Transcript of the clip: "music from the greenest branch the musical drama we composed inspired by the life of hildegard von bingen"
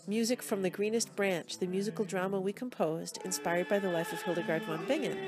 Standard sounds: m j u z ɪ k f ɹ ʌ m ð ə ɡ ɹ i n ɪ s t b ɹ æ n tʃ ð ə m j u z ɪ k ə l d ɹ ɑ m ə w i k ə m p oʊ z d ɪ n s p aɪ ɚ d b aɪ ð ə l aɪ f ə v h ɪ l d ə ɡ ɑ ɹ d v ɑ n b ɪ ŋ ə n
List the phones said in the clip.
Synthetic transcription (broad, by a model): m j u z ɪ k f ɹ ʌ m ð ə ɡ ɹ i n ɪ s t b ɹ æ n tʃ ð ə m j u z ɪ k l d ɹ ɑ m ə w i k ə m p oʊ z d ɪ n s p aɪ ɚ d b aɪ ð ə l aɪ f ə v h ɪ l d ə ɡ ɑ ɹ d w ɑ n b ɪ ŋ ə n